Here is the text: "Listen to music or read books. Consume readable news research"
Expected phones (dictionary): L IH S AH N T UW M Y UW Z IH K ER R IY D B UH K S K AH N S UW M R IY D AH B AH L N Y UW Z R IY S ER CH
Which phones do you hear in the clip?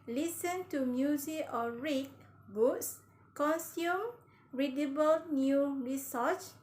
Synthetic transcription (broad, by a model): L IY S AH N T UW M Y UW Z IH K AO R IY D B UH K S K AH N S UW M R IY D AH B AH L N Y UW R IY S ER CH